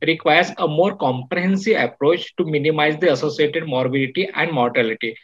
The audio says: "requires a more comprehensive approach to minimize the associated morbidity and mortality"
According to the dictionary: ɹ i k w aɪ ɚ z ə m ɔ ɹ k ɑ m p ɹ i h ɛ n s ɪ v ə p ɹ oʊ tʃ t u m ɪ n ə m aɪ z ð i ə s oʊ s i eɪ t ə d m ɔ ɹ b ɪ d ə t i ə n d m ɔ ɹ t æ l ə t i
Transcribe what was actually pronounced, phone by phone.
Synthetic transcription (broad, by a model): ɹ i k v aɪ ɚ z ə m ɔ ɹ k ɑ m p ɹ i h ɛ n s ɪ v ə p ɹ oʊ tʃ t u m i n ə m aɪ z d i ə s oʊ s i eɪ t ə d m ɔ ɹ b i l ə t i ə n d m ɔ ɹ t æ l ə t i